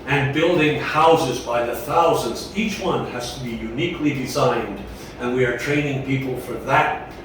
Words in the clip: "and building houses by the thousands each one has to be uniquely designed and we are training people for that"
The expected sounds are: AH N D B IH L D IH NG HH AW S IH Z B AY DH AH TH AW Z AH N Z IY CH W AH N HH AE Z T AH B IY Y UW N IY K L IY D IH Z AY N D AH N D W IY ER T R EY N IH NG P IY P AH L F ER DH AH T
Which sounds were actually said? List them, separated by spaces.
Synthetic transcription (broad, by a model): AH N B IH L D IH NG HH AW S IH Z B AY DH AH TH AW Z AH N Z IY CH W AH N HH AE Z T AH B IY Y UW N IY K L IY D IH Z AY N D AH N W IY ER T R EY N IH NG P IY P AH L F ER DH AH T